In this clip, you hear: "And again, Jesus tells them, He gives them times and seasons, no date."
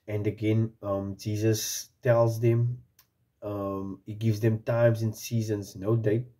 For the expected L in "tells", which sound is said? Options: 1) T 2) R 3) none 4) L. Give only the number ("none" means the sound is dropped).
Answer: 4